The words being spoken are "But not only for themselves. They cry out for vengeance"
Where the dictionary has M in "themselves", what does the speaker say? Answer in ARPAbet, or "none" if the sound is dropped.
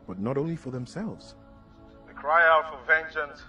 M